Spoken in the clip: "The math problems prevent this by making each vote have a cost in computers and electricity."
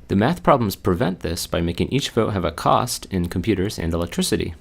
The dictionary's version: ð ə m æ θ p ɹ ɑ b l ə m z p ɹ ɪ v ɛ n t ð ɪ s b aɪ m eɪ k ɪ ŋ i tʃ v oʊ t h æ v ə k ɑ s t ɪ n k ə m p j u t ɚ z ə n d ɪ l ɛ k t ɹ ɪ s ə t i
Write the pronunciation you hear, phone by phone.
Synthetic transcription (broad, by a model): ð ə m æ θ p ɹ ɑ b l ə m z p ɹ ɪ v ɛ n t ð ɪ s b aɪ m eɪ k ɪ ŋ i tʃ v oʊ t h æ v ə k ɑ s t ɪ n k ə m p j u t ɚ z ə n d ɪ l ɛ k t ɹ ɪ s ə t i